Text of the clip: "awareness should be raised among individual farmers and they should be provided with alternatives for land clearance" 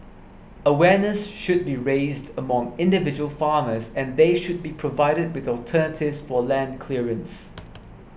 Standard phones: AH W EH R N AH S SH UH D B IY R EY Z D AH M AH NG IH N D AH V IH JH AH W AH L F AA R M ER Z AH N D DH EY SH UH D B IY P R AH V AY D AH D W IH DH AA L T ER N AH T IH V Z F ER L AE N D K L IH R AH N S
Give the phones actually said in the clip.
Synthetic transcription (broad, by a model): AH W EH N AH S SH UH D B IY R EY Z D AH M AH NG IH N D AH V IH JH AH W AH L F AA M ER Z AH N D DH EY SH UH D B IY P R AH V AY D AH D W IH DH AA L T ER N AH T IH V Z F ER L AE N D K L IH R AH N S